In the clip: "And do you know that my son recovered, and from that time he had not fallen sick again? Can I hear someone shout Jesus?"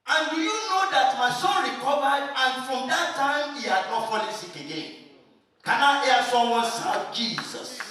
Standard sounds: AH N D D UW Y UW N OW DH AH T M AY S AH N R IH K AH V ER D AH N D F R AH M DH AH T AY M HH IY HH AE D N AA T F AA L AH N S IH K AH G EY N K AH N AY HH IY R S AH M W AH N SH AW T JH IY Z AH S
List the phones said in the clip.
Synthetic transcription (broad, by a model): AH N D D UW Y UW N OW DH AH T M AY S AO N R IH K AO V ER D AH N F R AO M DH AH T AY M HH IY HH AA D N AA T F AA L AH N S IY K AH G EY N K AH N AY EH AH S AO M W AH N S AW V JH IY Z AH S